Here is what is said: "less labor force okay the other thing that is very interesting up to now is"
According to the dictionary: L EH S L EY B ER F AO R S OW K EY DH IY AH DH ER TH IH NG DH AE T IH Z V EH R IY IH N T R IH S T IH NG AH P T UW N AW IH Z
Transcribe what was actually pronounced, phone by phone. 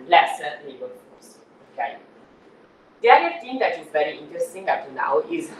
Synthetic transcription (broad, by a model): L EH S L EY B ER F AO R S OW K EY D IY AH ER T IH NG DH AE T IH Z V EH R IY IH N T R IH S T IH NG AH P T UW N AW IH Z